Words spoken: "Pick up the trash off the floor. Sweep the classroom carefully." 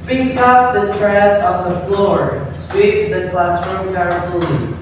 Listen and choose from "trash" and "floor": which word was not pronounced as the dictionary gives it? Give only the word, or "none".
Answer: trash